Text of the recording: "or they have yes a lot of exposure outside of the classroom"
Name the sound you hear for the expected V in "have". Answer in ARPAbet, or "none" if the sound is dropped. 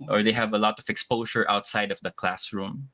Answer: V